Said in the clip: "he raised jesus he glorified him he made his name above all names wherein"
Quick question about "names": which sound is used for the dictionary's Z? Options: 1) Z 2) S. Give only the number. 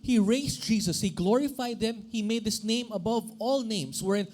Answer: 2